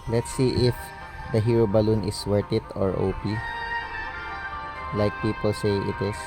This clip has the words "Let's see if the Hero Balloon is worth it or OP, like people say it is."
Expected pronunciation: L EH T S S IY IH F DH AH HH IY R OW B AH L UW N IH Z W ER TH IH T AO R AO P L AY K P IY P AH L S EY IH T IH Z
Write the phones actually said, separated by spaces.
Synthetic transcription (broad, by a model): L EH T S S IY IH F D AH HH IY R OW B AH L UW N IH S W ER T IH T AO R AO P L AY K P IY P AH L S EY IH T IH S